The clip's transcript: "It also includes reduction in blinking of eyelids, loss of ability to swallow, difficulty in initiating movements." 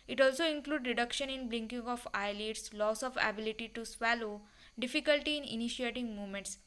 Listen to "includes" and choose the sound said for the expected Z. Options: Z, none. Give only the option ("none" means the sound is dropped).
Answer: none